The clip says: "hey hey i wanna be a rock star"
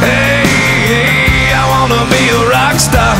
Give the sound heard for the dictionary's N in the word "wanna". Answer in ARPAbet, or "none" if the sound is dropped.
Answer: N